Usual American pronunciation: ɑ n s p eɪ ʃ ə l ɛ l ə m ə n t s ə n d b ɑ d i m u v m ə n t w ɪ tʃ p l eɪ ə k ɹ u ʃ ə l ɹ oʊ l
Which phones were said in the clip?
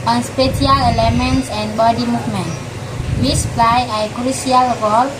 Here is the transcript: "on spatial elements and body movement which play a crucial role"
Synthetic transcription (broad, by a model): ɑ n s p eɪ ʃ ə l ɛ l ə m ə n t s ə n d b ɑ d i m u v m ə n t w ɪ s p l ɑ ə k ɹ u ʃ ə l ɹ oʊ l